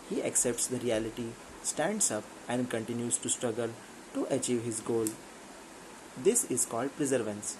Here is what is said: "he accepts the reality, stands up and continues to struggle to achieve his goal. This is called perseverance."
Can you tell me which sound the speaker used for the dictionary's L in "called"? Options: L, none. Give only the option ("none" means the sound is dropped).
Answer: L